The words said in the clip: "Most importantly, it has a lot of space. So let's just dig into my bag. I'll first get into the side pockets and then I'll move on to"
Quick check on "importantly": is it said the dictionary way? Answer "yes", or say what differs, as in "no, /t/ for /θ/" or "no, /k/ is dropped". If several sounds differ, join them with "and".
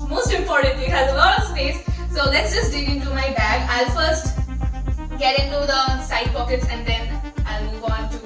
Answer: yes